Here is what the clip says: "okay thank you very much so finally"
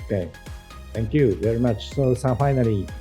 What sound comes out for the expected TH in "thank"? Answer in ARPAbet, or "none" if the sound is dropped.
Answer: T